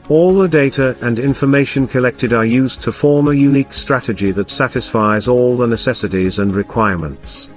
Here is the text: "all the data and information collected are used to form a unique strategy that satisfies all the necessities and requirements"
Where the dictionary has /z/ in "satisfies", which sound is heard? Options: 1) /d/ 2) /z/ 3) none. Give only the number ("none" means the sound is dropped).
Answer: 2